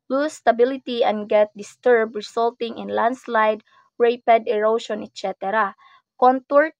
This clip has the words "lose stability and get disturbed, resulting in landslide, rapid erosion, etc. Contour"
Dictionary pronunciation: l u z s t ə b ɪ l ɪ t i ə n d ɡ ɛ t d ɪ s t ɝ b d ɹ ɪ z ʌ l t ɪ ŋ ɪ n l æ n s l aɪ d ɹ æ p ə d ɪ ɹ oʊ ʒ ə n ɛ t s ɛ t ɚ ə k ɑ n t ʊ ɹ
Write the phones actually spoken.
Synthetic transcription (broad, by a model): l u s t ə b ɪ l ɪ t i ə n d ɡ ɛ t d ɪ s t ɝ b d ɹ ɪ s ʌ l t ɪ ŋ ɪ n l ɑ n s l aɪ d ɹ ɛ p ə d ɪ ɹ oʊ ʃ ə n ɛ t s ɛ t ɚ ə k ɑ n t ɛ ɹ